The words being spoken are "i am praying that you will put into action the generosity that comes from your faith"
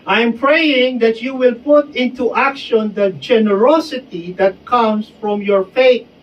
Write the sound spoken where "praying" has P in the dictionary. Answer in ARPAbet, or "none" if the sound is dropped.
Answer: P